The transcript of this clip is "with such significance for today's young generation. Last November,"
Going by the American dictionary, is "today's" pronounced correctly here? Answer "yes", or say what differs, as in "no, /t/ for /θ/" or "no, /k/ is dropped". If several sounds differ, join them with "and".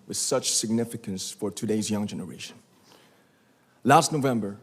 yes